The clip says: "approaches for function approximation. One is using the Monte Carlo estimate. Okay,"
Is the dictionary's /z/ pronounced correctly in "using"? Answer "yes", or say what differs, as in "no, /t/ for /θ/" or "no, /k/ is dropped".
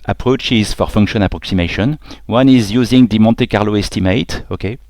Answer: yes